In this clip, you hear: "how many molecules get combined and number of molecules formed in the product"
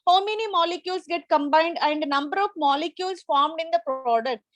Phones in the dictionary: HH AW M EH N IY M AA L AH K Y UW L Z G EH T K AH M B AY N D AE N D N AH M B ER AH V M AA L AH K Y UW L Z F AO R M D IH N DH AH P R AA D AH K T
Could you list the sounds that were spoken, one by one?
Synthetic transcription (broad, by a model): HH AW M EH N IY M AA L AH K Y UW L S G EH T K AH M B AY N D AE N D N AH M B ER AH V M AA L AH K Y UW L S F AO R M D IH N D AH P R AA D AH K T